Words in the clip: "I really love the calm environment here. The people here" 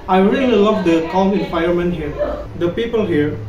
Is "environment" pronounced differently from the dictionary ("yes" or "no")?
yes